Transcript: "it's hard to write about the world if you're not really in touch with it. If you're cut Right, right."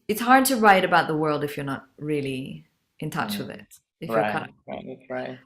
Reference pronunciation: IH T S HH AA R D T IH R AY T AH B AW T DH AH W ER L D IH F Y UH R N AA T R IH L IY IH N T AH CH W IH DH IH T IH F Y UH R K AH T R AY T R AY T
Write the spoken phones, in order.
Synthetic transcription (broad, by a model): IH T S HH AA R D T IH R AY T AH B AW T DH AH W ER L D IH F Y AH R N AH T R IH L IY IH N T AH CH W IH DH IH T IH Y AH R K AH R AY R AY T